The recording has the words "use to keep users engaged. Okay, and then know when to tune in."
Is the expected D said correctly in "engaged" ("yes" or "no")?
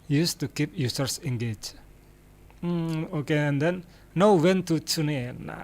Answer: no